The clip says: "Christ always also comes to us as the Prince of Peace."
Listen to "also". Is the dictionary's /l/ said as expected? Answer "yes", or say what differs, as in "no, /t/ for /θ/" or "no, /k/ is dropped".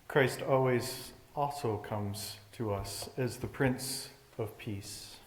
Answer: no, /l/ is dropped